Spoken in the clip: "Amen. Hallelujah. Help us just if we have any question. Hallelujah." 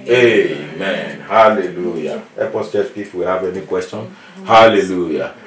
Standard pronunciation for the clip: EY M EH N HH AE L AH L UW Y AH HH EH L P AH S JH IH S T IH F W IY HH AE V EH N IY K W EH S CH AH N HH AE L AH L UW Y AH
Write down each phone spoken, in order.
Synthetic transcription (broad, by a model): EY M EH N HH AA L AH L UW Y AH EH P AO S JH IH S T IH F W IY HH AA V EH N IY K W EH S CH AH N HH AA L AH L UW Y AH